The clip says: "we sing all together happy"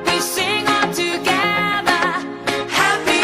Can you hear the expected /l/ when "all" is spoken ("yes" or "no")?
no